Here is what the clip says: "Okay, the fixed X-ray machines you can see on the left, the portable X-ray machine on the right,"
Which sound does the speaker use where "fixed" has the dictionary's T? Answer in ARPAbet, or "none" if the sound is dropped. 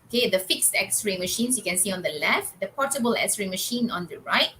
T